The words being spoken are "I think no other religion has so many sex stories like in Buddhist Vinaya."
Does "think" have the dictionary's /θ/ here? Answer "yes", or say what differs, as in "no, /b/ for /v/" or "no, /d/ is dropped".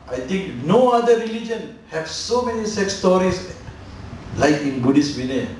no, /t/ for /θ/